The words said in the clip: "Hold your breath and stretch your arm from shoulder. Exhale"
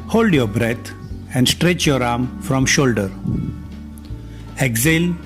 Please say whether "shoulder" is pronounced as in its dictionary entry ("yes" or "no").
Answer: yes